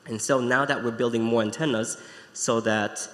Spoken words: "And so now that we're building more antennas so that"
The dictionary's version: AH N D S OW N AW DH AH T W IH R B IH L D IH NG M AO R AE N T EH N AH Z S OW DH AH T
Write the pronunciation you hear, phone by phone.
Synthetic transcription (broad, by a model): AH N S OW N AW DH AH T W IH R B IH L D IH NG M AO R AE N T EH N AH Z S OW DH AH T